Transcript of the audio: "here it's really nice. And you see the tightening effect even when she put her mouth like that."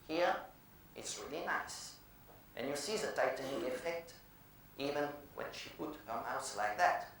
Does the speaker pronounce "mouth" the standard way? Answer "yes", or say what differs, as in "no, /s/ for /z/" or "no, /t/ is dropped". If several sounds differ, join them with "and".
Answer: no, /s/ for /θ/